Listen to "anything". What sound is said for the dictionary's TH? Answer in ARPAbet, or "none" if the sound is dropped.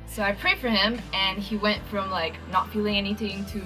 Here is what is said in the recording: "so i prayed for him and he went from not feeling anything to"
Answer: TH